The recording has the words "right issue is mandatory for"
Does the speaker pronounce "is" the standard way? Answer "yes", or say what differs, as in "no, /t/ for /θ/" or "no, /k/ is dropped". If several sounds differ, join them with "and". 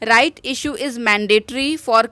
yes